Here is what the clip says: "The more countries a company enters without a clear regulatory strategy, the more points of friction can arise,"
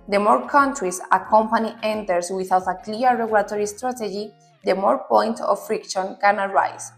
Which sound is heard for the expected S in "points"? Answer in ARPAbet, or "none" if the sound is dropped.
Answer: none